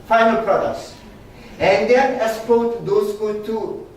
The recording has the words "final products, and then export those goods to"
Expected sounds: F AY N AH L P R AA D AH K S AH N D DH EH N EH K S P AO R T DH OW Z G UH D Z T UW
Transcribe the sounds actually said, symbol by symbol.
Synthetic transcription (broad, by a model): F AY N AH L P R AA D AH K S AH N D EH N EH S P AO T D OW S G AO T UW